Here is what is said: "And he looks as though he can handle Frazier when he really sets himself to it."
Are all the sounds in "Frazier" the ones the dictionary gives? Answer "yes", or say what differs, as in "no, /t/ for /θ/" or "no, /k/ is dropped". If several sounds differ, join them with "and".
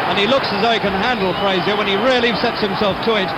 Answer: no, /p/ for /f/ and /z/ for /ʒ/